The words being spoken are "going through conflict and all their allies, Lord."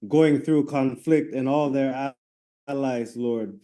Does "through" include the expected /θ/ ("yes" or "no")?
yes